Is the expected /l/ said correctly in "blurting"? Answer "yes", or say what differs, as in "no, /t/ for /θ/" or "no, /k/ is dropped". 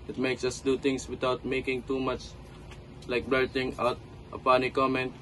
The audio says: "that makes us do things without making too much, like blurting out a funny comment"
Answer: no, /l/ is dropped